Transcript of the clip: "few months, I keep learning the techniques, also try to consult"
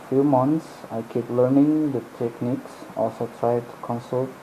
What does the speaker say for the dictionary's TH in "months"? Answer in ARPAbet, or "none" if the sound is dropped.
T